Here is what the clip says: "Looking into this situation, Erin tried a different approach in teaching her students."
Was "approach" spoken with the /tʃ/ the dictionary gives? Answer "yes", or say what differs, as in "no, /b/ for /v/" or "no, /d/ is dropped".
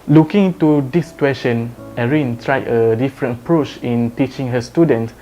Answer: yes